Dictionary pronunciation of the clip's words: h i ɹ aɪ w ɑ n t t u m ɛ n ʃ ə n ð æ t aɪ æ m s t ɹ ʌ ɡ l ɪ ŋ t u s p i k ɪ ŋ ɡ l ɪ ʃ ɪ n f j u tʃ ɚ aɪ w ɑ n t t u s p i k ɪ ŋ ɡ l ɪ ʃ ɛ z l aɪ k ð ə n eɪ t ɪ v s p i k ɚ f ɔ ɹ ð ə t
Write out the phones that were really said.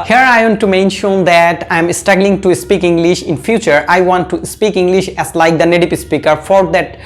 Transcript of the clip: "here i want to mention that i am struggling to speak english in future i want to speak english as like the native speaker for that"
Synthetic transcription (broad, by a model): h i ɹ aɪ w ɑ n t t u m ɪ n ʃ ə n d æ t aɪ m s t ɹ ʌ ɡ l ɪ ŋ t u s p i k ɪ ŋ ɡ l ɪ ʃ ɪ n f j u tʃ ɚ aɪ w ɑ n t t u s p i k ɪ ŋ ɡ l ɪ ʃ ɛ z l aɪ k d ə n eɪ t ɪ p s p i k ɚ f ɔ ɹ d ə t